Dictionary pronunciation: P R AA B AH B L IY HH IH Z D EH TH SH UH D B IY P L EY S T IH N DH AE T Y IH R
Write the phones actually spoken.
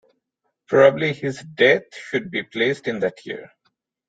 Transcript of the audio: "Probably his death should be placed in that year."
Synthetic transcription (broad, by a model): P R AA B AH B L IY HH IH Z D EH T SH UH D B IY P L EY S T IH N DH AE T Y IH R